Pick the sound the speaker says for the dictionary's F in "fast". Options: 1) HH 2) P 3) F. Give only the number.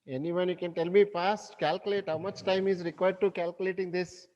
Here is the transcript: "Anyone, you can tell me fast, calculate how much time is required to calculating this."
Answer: 2